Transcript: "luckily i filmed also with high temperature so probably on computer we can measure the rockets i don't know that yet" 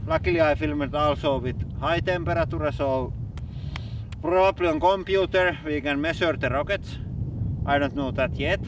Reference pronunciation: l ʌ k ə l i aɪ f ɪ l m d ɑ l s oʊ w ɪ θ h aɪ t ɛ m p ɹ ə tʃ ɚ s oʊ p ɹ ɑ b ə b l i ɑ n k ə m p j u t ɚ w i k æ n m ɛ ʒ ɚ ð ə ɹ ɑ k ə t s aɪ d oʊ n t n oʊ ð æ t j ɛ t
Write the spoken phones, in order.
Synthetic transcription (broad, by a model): l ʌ k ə l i aɪ f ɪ l m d ɑ l s oʊ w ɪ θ h aɪ t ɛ m p ɹ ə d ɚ s oʊ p ɹ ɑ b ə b l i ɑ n k ə m p j u t ɚ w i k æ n m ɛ s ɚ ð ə ɹ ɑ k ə t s aɪ d oʊ n t n oʊ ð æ t j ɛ t